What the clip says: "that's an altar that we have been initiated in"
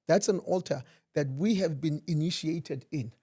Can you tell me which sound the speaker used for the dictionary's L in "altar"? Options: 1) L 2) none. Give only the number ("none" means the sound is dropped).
1